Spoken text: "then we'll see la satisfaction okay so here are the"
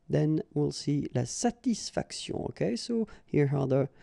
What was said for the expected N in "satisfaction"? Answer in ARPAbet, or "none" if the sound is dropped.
none